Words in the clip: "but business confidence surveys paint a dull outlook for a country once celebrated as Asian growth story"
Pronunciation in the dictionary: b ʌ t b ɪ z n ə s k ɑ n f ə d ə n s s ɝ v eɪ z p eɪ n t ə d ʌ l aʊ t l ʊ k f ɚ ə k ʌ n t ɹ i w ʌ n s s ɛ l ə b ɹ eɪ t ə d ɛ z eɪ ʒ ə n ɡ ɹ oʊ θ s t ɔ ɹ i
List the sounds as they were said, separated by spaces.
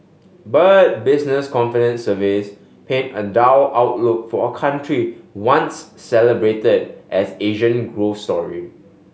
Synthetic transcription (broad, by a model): b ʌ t b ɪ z n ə s k ɑ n f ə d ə n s s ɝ v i s p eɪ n ə d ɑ w aʊ t l ʊ k f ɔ ə k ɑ n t ɹ i w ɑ n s s ɛ l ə b ɹ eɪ t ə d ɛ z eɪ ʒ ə n ɡ ɹ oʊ f s t ɔ ɹ i